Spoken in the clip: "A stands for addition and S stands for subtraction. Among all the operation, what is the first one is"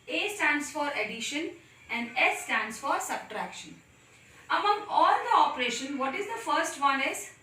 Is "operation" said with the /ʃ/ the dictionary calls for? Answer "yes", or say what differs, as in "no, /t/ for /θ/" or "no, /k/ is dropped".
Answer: yes